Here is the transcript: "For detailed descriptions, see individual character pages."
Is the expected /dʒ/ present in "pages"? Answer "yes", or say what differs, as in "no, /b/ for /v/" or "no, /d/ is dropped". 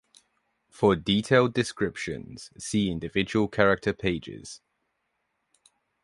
yes